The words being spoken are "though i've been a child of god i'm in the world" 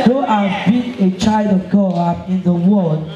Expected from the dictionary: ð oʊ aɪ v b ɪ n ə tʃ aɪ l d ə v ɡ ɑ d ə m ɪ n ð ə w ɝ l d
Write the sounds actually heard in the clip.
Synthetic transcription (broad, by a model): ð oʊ aɪ v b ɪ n ə tʃ aɪ l d ə v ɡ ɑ ə ɪ n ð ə w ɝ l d